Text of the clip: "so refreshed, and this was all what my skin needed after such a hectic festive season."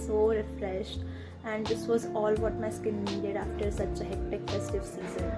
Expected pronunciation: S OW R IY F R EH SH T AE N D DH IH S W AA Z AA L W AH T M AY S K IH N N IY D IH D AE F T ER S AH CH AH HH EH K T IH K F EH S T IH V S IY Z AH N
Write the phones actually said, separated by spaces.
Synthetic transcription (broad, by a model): S OW R IY F R EH SH T AE N D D IH S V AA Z AA L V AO T M AY S K IH N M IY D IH D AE F T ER S AH CH AH HH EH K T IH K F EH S T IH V S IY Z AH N